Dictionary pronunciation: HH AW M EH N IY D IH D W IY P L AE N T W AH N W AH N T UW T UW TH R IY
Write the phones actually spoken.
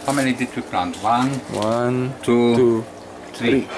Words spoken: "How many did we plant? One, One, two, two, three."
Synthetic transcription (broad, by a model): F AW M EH L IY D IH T W IY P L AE N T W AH N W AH N T UW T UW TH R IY